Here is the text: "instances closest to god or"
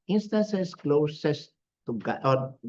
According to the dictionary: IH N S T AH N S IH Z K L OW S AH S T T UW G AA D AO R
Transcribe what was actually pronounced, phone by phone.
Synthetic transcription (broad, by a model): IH N S T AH N S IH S K L OW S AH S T T UW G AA AO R